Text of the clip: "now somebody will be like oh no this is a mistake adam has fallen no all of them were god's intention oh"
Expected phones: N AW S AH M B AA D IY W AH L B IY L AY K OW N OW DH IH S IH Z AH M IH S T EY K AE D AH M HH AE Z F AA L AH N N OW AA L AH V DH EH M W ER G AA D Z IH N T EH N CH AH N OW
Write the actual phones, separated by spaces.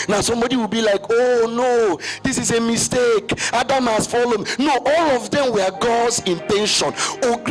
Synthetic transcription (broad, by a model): N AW S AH M B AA D IY W AH L B IY L AY K OW N OW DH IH S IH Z AH M IH S T EY K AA D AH M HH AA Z F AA L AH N N OW AA L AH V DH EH M W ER G AA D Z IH N T EH N SH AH N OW